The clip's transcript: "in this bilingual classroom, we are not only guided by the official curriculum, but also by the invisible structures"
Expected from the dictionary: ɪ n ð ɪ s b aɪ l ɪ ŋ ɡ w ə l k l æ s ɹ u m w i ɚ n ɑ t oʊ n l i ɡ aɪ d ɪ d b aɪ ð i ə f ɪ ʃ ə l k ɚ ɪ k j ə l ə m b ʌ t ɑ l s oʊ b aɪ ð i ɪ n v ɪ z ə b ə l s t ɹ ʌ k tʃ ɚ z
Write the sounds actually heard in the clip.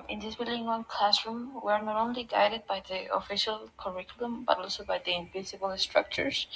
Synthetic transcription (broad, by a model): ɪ n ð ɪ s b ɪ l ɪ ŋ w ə n k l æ s ɹ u m w i ɚ n ɑ t oʊ n l i ɡ aɪ d ɪ d b aɪ ð i ə f ɪ ʃ ə l k ɚ ɪ k j ə l ə m b ʌ t ɑ l s oʊ b aɪ ð i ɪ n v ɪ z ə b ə l s t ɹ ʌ k tʃ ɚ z